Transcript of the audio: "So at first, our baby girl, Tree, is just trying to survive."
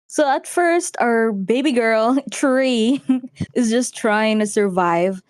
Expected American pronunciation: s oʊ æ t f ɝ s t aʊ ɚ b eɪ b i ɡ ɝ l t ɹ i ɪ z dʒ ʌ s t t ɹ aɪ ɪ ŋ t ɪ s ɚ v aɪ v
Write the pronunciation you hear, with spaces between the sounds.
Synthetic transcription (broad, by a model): s oʊ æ t f ɝ s t aʊ ɚ b eɪ b i ɡ ɝ l t ɹ i ɪ z dʒ ʌ s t t ɹ aɪ ɪ ŋ t ɪ s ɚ v aɪ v